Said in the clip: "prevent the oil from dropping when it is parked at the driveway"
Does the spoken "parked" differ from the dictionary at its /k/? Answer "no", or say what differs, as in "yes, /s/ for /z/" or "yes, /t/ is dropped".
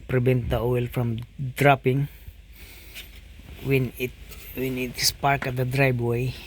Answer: no